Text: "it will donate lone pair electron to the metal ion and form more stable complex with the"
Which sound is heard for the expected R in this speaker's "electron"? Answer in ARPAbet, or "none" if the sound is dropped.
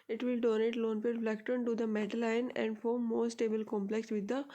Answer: none